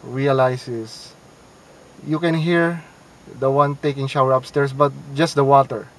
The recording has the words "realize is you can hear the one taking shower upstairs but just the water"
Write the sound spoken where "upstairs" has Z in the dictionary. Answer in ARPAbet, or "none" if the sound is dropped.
S